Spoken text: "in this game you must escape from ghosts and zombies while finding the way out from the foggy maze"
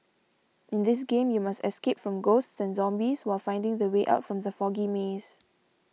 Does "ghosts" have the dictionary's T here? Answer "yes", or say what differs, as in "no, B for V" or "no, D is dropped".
yes